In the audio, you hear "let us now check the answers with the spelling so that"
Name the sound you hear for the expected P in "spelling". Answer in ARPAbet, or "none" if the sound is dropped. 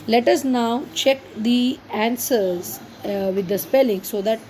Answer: P